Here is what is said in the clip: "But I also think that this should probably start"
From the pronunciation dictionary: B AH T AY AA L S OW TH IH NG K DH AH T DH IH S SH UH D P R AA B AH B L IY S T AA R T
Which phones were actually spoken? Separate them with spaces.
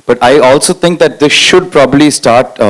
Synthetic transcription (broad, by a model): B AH T AY AA L S OW T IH NG K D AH T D IH S SH UH D P R AA B AH B L IY S T AA R T